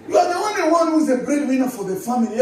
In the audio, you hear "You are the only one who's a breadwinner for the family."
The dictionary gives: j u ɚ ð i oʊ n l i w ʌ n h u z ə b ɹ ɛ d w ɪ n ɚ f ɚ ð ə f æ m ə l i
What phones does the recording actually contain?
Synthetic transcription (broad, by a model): j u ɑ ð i oʊ n l i w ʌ n h u z ə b ɹ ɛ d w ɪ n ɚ f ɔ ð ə f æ m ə l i